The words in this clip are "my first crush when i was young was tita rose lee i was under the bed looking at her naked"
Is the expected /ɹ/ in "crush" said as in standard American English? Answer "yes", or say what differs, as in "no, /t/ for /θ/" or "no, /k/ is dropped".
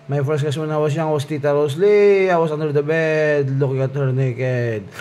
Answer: no, /ɹ/ is dropped